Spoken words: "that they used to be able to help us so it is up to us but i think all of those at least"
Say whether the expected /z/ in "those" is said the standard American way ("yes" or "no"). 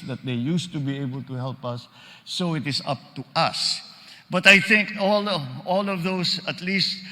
no